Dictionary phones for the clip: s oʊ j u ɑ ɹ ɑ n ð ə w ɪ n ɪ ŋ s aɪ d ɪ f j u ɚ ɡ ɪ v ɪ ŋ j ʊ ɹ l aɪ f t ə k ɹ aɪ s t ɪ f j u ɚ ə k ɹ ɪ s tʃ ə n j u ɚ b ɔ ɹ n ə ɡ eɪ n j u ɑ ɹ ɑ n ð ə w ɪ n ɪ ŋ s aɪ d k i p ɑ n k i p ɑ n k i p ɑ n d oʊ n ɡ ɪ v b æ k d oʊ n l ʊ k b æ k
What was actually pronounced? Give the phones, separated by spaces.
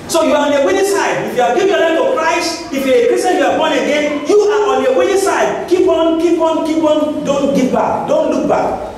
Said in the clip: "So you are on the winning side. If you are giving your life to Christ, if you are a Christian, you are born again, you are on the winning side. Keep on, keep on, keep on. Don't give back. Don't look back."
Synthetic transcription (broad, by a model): s oʊ j u ɑ ɹ ɑ n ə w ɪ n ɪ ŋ s aɪ d ɪ f j u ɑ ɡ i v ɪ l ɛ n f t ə k ɹ aɪ s t ɪ f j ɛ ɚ ə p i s ə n j u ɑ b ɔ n ə ɡ eɪ n j u ɑ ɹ ɑ n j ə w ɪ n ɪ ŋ s aɪ d k i p ɑ n k i p ɑ n k i p ɑ n d oʊ n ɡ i p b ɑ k d oʊ n l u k b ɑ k